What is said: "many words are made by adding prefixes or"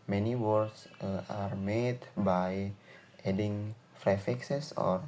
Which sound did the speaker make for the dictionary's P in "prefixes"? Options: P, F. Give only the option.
F